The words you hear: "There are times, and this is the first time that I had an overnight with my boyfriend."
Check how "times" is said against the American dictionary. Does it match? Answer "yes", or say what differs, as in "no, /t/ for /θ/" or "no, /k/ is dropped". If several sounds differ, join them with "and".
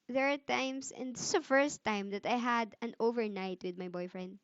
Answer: no, /s/ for /z/